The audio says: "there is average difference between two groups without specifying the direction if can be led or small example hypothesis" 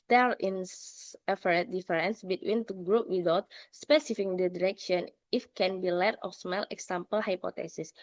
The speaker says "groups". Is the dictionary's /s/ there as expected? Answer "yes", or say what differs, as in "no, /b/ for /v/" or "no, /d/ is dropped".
no, /s/ is dropped